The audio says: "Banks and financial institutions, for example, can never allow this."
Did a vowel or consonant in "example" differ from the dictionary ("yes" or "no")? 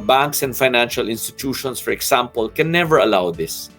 yes